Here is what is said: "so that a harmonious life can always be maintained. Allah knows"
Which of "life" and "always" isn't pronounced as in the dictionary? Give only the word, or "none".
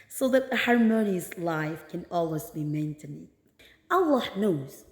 none